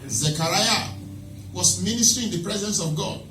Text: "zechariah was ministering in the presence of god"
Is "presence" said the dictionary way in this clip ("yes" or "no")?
yes